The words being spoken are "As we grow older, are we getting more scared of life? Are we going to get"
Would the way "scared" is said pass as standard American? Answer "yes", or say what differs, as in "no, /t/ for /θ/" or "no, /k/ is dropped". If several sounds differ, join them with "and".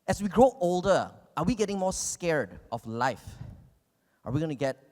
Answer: yes